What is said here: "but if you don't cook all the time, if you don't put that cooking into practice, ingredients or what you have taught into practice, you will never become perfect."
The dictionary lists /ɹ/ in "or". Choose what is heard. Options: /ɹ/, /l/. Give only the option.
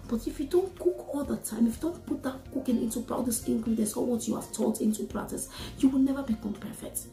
/l/